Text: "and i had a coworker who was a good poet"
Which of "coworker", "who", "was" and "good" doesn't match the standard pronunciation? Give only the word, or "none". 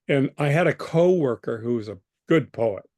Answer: none